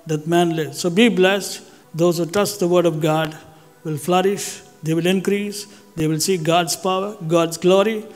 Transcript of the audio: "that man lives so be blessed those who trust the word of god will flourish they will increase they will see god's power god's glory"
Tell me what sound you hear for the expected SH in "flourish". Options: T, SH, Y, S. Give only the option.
SH